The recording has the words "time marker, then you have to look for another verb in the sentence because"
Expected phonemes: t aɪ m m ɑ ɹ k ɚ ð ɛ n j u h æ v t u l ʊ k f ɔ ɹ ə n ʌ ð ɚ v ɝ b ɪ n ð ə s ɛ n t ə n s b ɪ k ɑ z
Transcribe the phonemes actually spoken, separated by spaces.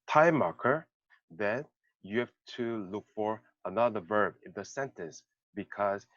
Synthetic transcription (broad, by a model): t aɪ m m ɑ ɹ k ɚ ð ɛ n j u h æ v t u l ʊ k f ɔ ɹ ə n ʌ ð ɚ v ɝ b ɪ n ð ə s ɛ n t ə n s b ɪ k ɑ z